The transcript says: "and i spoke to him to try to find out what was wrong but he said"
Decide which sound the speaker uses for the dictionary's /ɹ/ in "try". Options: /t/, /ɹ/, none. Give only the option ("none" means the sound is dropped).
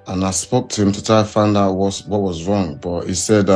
none